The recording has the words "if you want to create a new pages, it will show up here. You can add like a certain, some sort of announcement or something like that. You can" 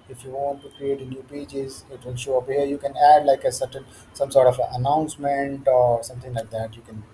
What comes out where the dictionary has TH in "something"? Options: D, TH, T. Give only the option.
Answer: T